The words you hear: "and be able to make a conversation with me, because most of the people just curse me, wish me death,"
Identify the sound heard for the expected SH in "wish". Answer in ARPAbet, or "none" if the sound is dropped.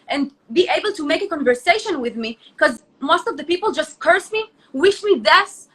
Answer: SH